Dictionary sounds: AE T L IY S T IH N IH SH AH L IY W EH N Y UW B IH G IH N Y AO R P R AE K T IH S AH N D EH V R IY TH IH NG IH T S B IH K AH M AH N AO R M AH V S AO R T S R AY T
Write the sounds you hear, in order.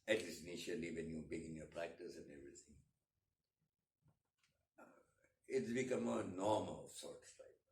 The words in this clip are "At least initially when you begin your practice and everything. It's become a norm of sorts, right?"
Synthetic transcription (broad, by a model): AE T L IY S IH N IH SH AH L IY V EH N Y UW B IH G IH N Y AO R P R AE K T IH S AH N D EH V R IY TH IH NG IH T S B IH K AH M AH N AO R M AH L S AO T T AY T